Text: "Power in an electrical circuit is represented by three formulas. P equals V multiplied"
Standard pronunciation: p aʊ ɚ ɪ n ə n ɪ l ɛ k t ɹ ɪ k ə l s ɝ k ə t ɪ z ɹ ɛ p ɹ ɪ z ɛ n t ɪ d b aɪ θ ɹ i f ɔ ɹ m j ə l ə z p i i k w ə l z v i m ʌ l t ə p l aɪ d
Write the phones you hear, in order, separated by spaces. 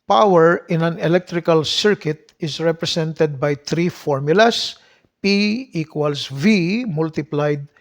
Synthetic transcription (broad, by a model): p aʊ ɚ ɪ n ə n ɪ l ɛ k t ɹ ɪ k ə l s ɝ k ə t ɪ s ɹ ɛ p ɹ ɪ s ɛ n t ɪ d b aɪ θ ɹ i f ɔ ɹ m j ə l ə s p i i k w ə l s v i m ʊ l t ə p l aɪ d